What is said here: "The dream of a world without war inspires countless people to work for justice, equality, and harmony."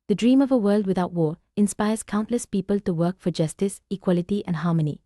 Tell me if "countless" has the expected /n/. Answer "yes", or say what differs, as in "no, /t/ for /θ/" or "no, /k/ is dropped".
yes